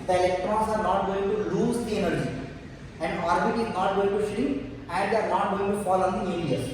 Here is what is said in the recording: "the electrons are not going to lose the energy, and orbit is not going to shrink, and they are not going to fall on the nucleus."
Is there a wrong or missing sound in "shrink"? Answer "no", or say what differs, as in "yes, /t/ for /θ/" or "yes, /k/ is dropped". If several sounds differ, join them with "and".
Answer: yes, /k/ is dropped